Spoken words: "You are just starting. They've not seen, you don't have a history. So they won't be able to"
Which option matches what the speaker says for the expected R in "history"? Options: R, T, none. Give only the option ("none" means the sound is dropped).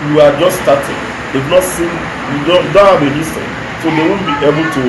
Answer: none